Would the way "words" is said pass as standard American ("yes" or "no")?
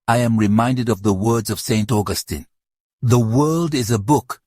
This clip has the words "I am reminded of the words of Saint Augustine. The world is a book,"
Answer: yes